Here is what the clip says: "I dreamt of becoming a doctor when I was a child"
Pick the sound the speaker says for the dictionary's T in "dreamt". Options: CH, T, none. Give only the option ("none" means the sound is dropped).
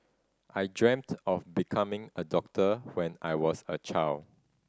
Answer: T